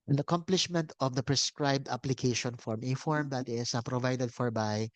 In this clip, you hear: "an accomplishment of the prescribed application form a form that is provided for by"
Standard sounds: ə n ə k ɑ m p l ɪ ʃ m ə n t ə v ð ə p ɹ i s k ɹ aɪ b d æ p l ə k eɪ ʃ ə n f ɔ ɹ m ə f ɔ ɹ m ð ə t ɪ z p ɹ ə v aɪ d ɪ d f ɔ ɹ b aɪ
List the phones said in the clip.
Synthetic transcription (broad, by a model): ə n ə k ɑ m p l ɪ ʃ m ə n t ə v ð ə p ɹ i s k ɹ aɪ b d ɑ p l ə k eɪ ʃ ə n f ɔ ɹ m ə f ɔ ɹ m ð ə t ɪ s p ɹ ə v aɪ d ɪ d f ɔ ɹ b aɪ